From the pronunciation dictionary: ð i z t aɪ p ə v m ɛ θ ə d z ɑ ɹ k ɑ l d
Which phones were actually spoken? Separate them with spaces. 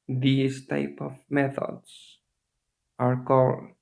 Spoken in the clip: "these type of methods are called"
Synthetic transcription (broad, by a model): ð i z t aɪ p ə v m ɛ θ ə d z ɑ ɹ k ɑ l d